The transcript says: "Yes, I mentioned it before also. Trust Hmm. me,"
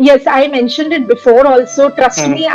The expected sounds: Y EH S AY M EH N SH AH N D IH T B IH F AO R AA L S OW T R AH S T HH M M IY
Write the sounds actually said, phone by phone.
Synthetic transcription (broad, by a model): Y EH S AY M EH N SH AH N D IH T B IH F AO R AA L S OW T R AH S T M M IY